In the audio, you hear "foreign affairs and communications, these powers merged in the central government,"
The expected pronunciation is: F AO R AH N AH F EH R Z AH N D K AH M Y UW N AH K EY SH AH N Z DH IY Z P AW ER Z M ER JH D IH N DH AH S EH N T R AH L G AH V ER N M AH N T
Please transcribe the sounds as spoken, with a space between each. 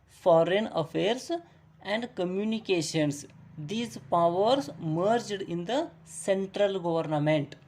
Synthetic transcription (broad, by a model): F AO R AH N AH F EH R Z AH N D K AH M Y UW N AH K EY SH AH N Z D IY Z P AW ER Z M ER JH D IH N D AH S EH N T R AH L G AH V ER N M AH N T